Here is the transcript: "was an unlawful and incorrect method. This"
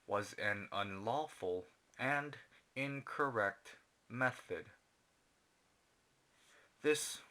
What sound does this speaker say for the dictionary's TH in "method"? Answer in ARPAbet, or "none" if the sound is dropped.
TH